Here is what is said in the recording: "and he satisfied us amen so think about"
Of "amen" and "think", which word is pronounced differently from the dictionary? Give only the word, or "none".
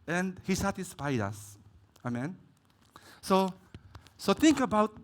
think